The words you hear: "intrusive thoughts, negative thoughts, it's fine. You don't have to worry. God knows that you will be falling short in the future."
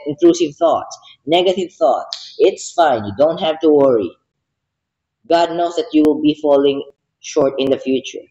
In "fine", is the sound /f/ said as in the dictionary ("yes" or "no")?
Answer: yes